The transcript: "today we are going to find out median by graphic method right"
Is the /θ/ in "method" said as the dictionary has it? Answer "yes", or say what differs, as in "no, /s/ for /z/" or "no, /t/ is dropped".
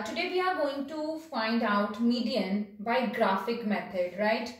no, /t/ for /θ/